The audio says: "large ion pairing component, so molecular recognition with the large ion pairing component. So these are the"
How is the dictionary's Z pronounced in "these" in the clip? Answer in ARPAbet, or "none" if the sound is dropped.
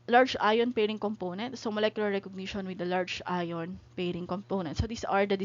S